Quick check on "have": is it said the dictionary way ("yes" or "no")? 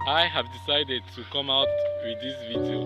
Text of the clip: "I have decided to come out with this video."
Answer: yes